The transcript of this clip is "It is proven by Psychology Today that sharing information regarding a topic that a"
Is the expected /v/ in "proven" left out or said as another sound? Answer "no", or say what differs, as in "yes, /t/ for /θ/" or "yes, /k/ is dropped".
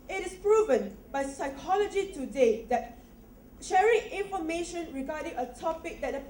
no